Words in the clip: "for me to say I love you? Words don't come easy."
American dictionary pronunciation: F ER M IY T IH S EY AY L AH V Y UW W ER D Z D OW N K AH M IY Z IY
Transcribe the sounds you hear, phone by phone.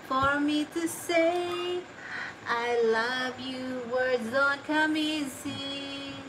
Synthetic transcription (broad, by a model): F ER M IY T IH S EY AY L AH V Y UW W ER D Z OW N K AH M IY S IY